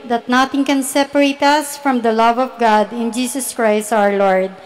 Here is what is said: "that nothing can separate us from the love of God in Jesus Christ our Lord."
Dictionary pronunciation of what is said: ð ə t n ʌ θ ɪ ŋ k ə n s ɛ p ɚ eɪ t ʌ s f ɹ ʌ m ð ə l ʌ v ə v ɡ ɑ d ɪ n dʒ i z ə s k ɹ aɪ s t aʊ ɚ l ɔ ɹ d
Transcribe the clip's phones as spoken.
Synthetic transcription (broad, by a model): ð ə t n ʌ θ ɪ ŋ k ə n s ɛ p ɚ eɪ t ʌ s f ɹ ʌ m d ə l ʌ v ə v ɡ ɑ d ɪ n dʒ i s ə s k ɹ aɪ s t aʊ ɚ l ɔ ɹ d